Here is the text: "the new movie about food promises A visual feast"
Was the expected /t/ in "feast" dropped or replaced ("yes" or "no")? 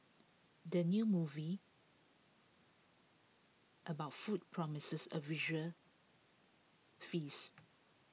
yes